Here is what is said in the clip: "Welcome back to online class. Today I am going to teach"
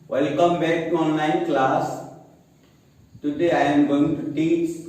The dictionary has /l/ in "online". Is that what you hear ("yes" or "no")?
no